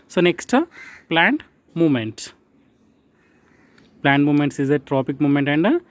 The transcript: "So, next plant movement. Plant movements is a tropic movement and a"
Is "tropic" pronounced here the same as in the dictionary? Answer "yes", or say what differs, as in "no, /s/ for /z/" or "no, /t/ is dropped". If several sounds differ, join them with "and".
yes